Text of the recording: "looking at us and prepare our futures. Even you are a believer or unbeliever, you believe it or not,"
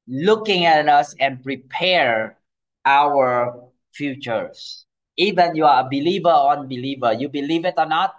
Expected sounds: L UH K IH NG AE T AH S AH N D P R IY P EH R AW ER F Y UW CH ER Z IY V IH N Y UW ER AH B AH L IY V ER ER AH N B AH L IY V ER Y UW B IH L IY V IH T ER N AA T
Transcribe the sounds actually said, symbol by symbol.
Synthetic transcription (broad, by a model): L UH K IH NG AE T AH S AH N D P R IY P EH R AW ER F Y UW CH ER S IY V IH N Y UW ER AH B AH L IY V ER ER AH N B AH L IY V ER Y UW B IH L IY V IH T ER N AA T